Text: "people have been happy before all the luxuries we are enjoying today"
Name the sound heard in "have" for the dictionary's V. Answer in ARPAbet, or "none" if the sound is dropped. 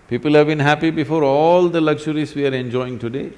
V